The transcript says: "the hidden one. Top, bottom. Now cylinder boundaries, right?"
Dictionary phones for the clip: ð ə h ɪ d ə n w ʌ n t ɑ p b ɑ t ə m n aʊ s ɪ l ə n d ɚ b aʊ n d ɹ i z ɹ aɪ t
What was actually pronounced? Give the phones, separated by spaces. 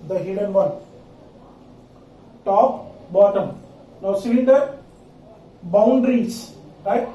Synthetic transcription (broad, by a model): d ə h ɪ d ə n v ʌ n t ɑ p b ɑ t ə m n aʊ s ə d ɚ b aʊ n d ɹ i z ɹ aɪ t